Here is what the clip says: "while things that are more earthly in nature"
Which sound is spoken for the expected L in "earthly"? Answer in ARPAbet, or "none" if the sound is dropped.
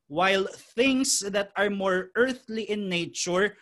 L